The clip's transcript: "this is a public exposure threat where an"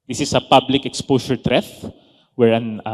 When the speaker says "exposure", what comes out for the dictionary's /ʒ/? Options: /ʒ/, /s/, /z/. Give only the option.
/s/